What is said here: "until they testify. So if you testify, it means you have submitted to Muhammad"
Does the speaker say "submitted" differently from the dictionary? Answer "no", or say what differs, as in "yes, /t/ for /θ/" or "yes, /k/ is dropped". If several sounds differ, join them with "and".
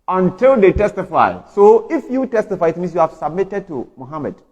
no